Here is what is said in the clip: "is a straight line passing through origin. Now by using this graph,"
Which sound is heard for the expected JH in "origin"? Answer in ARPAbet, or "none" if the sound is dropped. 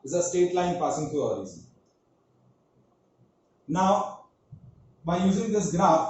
Z